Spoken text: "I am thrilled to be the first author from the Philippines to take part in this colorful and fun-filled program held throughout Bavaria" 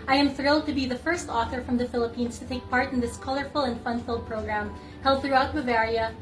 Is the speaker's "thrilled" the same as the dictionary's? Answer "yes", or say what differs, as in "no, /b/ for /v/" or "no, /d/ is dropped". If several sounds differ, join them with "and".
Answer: yes